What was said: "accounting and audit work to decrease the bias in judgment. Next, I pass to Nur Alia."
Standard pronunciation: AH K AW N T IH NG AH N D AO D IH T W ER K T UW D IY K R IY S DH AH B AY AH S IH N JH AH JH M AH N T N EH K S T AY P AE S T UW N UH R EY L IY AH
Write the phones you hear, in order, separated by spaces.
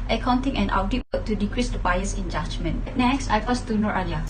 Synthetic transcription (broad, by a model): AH K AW N T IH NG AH N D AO D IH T W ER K T UW D IY K R IY S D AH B AY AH S IH N JH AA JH M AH N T N EH K S T AY F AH S T UW N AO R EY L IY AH